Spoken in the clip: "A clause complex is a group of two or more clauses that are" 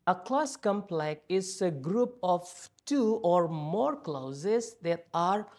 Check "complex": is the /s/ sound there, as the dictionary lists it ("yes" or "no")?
no